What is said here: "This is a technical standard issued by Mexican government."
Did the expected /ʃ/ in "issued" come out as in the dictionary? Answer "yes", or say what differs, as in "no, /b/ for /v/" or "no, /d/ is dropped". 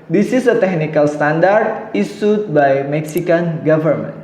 no, /s/ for /ʃ/